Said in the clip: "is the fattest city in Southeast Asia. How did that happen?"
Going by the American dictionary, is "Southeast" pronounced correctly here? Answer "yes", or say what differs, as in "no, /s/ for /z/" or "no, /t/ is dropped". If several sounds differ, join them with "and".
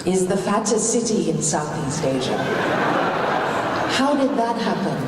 yes